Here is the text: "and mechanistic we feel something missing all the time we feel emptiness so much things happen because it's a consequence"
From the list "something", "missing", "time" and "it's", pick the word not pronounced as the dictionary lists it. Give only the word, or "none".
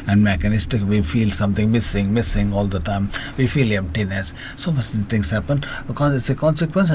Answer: something